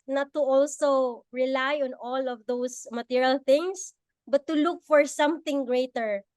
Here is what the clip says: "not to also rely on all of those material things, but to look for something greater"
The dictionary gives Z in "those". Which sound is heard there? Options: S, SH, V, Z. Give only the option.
S